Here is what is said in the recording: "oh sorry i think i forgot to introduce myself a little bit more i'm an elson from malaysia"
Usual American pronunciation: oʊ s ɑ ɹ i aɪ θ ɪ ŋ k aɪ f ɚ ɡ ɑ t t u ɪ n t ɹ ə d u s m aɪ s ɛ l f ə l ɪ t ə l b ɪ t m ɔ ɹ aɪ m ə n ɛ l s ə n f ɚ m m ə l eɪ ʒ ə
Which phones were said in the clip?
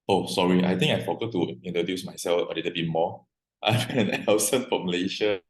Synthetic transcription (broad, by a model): oʊ s ɑ ɹ i aɪ t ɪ ŋ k aɪ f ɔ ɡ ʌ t t u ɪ n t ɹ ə d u s m aɪ s ɛ l f ə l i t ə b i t m ɔ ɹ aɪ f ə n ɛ n s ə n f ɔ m m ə l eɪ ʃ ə